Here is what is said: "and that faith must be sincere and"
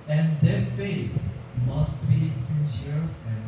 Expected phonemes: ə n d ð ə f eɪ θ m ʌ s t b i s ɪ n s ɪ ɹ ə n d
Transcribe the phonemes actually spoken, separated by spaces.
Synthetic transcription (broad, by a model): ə n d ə f eɪ s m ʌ s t b i s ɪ n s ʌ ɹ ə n